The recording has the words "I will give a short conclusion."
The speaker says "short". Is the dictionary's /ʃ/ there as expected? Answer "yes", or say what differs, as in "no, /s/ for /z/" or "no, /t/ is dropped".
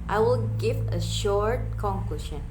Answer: yes